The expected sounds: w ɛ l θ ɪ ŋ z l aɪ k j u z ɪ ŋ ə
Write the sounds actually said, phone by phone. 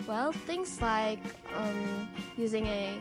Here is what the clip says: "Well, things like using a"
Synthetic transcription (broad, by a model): w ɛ l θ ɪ ŋ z l aɪ k j u z ɪ ŋ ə